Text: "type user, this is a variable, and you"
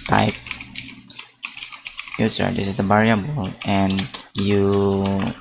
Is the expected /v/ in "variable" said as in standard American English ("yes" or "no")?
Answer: no